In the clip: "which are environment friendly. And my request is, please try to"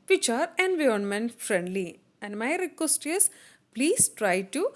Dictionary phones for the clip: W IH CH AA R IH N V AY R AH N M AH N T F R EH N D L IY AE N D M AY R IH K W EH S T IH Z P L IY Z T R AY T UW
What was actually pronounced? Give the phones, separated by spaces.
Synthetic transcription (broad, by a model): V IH CH AA R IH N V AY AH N M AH N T F R EH N D L IY AE N D M AY R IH K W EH S T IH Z P L IY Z T R AY T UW